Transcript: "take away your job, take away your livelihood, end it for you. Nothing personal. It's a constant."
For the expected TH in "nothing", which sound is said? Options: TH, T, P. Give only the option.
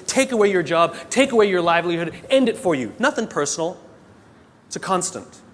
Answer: TH